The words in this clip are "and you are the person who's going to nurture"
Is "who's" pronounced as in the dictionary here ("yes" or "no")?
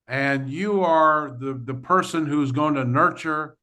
yes